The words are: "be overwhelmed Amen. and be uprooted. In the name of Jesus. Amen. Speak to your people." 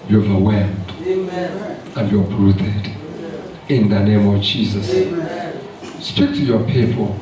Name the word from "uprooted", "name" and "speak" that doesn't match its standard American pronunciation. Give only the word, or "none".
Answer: uprooted